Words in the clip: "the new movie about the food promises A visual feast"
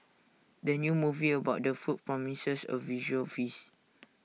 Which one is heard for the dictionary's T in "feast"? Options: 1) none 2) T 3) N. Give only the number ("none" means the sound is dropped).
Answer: 1